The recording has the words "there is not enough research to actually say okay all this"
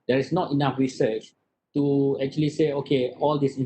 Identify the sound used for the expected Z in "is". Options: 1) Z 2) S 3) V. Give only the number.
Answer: 2